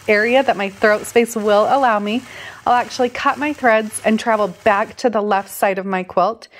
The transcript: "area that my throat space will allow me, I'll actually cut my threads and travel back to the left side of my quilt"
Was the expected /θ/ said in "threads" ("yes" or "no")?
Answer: yes